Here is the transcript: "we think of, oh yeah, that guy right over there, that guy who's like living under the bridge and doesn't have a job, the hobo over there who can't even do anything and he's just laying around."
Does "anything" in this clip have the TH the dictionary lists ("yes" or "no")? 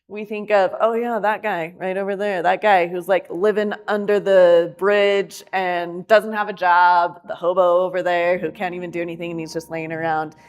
yes